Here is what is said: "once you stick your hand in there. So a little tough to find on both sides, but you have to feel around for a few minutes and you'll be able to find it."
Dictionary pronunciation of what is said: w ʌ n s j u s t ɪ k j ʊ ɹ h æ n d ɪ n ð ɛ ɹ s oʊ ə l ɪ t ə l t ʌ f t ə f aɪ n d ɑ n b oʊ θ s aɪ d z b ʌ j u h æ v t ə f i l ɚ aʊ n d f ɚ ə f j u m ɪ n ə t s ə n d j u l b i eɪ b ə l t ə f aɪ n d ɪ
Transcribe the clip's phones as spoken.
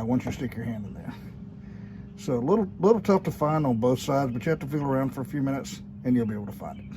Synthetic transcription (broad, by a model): w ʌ n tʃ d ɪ s t ɪ k j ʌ ɹ h æ n d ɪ n ð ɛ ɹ s oʊ ə l ɪ t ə l t ʌ f t ə f aɪ n d n b oʊ θ s aɪ d z b ʌ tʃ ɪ h æ f t ə f i l ɚ aʊ n d f ɚ ə f j u m ɪ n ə t s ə n j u l b i eɪ ə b t ə f aɪ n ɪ